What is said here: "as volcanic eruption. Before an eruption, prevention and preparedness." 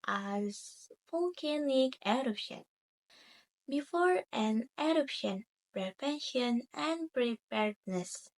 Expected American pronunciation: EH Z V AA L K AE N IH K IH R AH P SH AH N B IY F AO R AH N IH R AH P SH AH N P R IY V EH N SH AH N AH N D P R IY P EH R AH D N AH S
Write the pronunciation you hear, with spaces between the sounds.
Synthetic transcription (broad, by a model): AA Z F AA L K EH N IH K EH R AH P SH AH N B IY F AO R AH N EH R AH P SH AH N P R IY P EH N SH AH N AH N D P R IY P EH R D N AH S